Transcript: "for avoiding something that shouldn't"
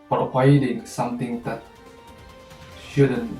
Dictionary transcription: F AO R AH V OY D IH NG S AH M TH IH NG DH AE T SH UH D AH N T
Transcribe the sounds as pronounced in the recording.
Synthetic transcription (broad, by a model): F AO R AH IH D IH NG S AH M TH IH NG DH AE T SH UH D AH N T